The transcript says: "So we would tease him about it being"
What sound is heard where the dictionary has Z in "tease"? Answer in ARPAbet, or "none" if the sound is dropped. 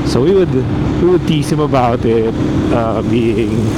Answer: S